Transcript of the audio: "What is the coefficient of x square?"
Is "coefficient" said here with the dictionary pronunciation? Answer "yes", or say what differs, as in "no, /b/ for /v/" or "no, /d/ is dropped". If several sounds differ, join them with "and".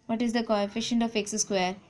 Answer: yes